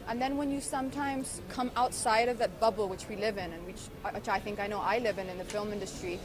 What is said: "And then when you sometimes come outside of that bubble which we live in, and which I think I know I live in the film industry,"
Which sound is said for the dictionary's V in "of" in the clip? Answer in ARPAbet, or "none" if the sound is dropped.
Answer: V